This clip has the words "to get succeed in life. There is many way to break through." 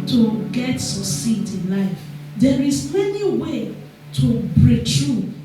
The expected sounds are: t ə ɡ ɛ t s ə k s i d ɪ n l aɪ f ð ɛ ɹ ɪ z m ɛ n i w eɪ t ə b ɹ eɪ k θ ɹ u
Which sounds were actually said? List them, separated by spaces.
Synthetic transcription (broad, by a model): t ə ɡ ɛ t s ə s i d ɪ n l aɪ f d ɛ ɹ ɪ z m ɛ n i w eɪ t ə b ɹ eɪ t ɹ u